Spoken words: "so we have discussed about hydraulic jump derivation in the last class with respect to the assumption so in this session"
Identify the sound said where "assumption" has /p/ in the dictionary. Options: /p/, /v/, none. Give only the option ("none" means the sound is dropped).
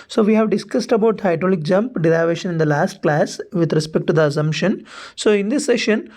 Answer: /p/